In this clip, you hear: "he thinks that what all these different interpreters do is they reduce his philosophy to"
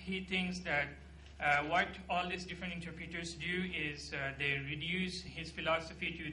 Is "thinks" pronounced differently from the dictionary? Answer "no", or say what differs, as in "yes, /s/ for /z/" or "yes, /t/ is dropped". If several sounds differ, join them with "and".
yes, /t/ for /θ/